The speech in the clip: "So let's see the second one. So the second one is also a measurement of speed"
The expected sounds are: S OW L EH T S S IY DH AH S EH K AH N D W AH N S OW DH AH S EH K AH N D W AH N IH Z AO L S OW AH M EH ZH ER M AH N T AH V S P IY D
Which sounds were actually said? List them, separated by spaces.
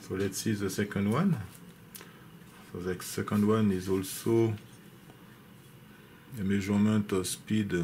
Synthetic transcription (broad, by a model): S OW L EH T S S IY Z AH S EH K AH N D W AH N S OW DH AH S EH K AH N D W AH N IH Z AO L S OW AH M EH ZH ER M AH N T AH S P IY D